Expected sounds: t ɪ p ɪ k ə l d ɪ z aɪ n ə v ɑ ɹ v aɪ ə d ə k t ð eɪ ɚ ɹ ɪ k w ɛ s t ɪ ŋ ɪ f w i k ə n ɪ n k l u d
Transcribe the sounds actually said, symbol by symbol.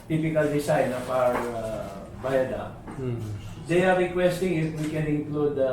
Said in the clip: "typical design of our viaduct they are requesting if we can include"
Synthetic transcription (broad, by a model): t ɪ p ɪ k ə l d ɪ s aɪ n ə p ɑ ɹ b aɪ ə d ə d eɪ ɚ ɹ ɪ k w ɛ s t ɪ ŋ ɪ f w i k ə n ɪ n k l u d